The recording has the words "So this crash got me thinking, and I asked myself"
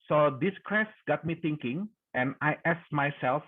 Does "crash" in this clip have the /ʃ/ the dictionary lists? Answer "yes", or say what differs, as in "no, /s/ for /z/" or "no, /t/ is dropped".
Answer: no, /s/ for /ʃ/